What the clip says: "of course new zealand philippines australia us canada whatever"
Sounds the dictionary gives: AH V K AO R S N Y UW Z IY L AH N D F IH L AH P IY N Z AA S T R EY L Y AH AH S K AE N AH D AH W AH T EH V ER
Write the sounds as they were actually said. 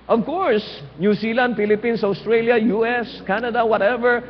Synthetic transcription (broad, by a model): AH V K AO R S N Y UW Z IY L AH N D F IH L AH P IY N S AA S T R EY L Y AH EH S K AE N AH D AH W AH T EH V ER